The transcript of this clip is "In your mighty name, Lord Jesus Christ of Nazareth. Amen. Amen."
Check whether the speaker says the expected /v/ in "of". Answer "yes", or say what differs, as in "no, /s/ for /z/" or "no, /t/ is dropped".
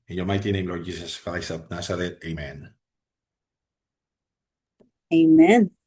no, /p/ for /v/